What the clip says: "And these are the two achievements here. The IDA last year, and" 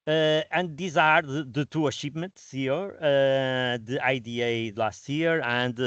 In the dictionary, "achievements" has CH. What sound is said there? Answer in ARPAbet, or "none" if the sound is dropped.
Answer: SH